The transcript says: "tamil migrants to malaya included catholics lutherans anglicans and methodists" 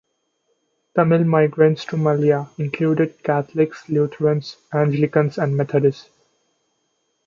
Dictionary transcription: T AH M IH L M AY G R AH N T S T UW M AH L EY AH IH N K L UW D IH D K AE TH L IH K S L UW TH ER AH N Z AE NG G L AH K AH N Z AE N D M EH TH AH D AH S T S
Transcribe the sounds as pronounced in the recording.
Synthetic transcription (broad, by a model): T AH M IH L M AY G R AH N T S T UW M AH L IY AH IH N K L UW D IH D K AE T L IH K S L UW T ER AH N S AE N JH L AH K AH N S AE N D M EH T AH D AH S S